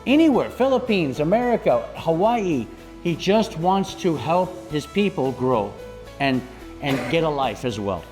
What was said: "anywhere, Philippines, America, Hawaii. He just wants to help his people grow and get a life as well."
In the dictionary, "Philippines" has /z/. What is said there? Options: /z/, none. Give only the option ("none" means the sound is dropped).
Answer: /z/